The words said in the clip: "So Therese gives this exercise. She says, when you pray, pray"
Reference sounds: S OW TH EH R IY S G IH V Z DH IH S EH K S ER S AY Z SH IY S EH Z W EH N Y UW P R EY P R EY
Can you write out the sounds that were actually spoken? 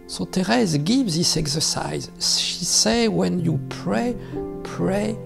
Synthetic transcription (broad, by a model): S OW T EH R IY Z G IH V DH IH S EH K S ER S AY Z SH IY S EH W EH N Y UW P R EY P R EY